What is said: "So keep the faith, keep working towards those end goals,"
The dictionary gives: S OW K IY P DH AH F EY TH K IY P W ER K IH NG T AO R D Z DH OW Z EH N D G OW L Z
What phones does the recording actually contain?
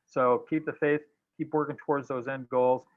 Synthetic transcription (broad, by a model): S OW K IY P DH AH F EY TH K IY P W ER K IH NG T AO R D Z DH OW Z EH N D G OW L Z